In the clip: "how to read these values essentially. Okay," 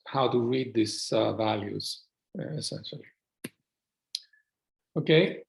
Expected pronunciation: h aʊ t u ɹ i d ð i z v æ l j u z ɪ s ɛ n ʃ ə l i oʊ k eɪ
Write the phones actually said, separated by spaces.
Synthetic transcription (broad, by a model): h aʊ t u ɹ i d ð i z v æ l j u z ɪ s ɛ n ʃ ə l i oʊ k eɪ